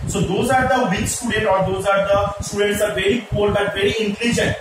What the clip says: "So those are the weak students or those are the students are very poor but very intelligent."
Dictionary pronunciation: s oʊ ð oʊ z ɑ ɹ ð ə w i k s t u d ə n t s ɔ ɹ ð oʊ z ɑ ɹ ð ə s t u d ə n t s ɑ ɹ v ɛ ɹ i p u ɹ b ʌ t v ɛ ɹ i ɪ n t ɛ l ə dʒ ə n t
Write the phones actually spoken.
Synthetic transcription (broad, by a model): s oʊ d oʊ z ɑ ɹ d ə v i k s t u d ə n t ɔ ɹ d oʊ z ɑ ɹ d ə s t u d ə n t s ɑ ɹ v ɛ ɹ i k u l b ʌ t v ɛ ɹ i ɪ n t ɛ l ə dʒ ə n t